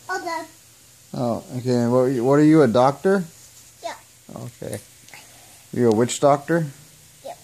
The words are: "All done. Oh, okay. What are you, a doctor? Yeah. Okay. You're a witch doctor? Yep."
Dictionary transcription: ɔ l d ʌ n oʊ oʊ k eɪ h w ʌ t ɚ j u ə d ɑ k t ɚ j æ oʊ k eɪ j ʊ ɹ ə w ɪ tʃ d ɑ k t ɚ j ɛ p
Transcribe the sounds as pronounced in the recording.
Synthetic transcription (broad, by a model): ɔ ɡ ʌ oʊ oʊ k eɪ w w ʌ t ɚ j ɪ ə d ɑ k t ɚ j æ oʊ k eɪ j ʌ ɹ ə w ɪ tʃ d ɑ k t ɚ j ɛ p